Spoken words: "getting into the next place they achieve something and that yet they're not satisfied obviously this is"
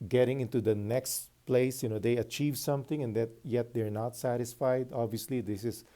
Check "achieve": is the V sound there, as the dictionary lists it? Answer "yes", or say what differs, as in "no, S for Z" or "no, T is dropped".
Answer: yes